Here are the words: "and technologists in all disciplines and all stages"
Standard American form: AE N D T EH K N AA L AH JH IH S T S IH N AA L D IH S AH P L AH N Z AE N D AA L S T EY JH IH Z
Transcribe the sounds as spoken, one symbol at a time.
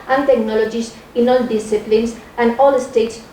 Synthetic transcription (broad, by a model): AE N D T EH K N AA L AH JH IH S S IH N AA L D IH S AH P L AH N S AE N D AA L S T EY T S